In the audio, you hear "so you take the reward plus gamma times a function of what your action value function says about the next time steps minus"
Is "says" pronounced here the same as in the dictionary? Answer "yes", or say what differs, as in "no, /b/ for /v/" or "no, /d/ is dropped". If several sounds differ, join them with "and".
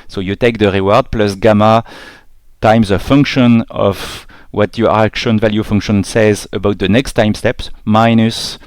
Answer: yes